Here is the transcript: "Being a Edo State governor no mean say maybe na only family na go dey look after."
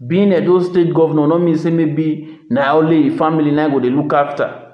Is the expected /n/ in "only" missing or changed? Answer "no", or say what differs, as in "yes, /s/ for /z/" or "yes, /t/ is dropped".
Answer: yes, /n/ is dropped